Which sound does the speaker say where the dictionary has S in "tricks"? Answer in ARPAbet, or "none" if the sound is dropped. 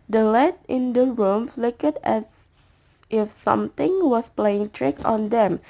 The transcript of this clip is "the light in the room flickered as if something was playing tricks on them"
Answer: none